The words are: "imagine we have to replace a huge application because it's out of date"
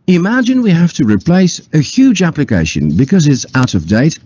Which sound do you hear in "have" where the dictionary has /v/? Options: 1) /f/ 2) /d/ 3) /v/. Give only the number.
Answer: 1